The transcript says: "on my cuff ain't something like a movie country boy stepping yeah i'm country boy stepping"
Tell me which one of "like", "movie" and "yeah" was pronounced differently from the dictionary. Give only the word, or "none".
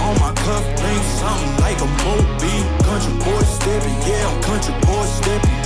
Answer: movie